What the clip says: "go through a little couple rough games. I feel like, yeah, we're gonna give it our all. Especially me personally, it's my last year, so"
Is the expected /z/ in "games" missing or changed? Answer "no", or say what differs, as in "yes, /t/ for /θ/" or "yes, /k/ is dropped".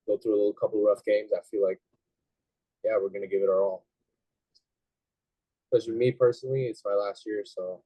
no